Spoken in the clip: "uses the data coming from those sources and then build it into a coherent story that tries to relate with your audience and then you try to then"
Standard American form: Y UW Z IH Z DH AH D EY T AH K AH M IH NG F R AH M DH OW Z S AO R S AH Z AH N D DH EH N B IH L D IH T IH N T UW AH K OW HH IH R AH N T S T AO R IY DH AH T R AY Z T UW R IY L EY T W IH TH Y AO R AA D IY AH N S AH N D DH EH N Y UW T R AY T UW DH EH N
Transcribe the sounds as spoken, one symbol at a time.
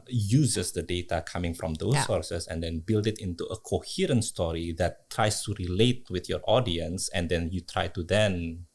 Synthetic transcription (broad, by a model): Y UW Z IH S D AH D EY T AH K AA M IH NG F R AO M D OW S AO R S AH S AH N D EH N B IH L D IH T IH N T UW AH K OW HH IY R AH N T S T AO R IY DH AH T R AY S T UW R IY L EY T W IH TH Y AO R AA D IY AH N S AH N D EH N Y UW T R AY T UW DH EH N